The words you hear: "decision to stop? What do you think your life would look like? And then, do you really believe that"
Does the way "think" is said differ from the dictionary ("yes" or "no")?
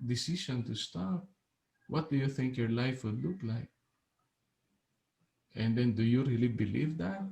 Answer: no